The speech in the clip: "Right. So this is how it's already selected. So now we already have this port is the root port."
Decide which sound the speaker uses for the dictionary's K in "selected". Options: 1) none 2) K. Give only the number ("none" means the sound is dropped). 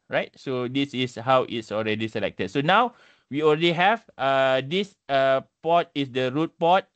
2